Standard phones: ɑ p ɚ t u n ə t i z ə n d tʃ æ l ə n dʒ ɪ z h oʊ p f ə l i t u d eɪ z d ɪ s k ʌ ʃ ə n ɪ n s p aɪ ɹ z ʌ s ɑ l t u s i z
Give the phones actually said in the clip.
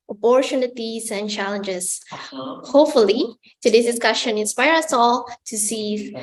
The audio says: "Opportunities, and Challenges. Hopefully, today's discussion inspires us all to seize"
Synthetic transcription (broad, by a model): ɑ p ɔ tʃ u n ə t i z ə n tʃ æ l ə n dʒ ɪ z h oʊ p f ə l i t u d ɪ s d ɪ s k ʌ ʃ ə n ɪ n s p aɪ ɹ ʌ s ɑ l t u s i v